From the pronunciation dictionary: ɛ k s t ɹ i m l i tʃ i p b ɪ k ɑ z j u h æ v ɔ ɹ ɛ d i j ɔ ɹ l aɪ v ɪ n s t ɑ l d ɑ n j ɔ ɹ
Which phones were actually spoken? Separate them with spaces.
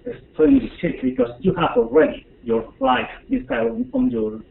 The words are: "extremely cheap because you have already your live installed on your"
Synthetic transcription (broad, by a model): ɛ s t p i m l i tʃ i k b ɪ k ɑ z j u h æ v ɔ ɹ ɛ d i j ɔ ɹ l aɪ f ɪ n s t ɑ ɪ ɑ n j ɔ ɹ